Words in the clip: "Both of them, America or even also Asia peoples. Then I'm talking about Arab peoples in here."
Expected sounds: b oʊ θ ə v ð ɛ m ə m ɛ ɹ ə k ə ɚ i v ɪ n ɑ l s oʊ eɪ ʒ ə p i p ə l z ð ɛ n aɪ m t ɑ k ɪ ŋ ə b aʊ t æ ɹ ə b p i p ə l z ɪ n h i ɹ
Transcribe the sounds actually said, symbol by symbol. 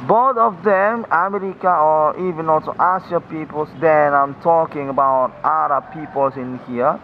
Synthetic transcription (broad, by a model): b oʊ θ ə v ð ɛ m ə m ɛ ɹ ə k ə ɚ i v ɪ n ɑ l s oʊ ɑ s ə p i p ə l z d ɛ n aɪ m t ɑ k ɪ ŋ ə b aʊ t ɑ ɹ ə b p i p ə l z ɪ n h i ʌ